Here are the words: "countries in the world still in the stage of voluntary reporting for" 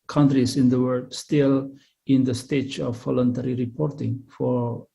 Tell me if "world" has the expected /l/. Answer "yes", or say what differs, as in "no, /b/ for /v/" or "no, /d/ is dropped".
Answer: no, /l/ is dropped